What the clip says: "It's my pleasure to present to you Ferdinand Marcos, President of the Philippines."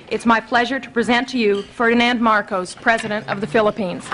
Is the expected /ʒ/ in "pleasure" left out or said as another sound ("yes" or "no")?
no